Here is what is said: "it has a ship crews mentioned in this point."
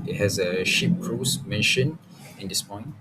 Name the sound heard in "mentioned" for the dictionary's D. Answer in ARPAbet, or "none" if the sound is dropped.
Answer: none